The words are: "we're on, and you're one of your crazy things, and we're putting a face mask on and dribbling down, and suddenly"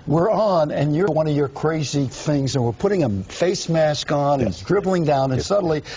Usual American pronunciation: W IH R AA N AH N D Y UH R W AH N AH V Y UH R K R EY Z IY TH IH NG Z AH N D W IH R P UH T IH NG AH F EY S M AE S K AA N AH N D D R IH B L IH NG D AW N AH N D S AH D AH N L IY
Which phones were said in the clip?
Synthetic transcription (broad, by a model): W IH R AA N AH N Y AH R W AH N AH V Y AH R K R EY Z IY TH IH NG Z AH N W IH R P UH T IH NG AH F EY S M AE S K N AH N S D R IH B L IH NG D AW N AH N S AH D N L IY